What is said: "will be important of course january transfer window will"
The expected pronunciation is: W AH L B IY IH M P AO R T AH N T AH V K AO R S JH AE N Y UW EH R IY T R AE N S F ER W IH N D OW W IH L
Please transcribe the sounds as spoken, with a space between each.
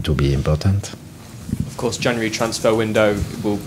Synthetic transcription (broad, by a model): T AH B IY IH M P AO T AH N T AH V K AO S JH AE N Y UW R IY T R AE N S F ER W IH N D OW W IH L